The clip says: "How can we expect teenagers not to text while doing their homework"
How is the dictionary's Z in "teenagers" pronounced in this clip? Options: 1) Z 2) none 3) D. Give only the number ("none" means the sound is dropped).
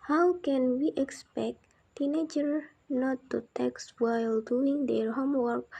2